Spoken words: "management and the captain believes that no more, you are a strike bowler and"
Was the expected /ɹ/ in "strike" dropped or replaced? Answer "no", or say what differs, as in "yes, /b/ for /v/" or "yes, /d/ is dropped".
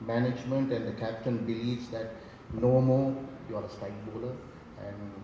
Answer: yes, /ɹ/ is dropped